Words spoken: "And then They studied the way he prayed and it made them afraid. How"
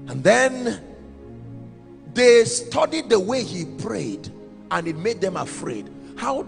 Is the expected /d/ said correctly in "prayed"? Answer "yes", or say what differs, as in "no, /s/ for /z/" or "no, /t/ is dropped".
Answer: yes